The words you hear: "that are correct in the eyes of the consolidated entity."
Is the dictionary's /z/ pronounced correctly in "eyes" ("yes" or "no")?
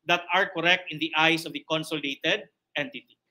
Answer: no